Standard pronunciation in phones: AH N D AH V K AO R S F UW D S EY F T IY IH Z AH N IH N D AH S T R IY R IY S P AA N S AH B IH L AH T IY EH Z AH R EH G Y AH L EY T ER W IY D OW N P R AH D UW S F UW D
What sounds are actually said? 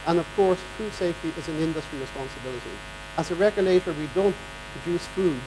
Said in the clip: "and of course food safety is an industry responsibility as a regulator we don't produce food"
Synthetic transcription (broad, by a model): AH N AH V K AO R S F UW D S EY F T IY IH Z AH N IH N D AH S T R IY R IY S P AA N S AH B IH L AH T IY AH Z AH R EH G Y AH L EY T ER W IY D OW N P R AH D UW S F UW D